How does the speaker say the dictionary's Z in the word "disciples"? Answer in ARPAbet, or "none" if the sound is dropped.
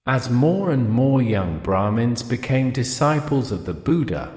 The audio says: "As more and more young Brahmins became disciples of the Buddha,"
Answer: Z